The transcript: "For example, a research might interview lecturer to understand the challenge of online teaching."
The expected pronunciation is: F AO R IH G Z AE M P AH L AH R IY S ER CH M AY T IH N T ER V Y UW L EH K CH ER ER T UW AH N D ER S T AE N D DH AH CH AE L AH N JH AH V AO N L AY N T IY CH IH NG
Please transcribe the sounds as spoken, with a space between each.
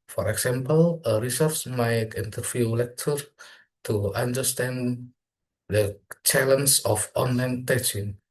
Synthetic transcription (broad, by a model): F AO R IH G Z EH M P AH L AH R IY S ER S M AY T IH N T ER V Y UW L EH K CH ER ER T UW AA N D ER S T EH N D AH CH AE L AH N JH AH F AO N L AY N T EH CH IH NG